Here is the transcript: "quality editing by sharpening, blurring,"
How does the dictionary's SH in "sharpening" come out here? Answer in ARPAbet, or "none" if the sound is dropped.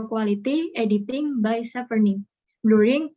S